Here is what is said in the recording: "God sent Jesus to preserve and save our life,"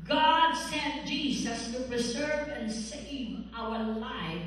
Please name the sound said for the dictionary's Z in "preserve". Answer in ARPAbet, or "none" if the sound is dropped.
Z